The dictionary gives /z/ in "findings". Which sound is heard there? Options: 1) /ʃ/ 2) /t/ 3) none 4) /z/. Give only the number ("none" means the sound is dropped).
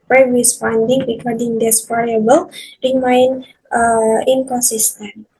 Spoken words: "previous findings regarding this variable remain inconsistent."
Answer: 3